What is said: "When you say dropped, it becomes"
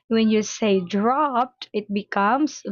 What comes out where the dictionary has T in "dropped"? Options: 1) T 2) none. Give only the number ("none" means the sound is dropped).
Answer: 1